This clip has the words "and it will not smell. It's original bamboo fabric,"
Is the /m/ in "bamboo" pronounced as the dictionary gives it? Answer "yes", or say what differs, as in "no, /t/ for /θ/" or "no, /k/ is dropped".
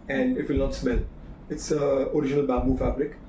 no, /m/ is dropped